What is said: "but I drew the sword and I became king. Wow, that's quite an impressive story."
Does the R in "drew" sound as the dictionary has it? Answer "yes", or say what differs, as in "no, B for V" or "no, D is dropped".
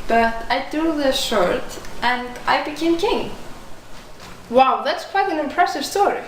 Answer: no, R is dropped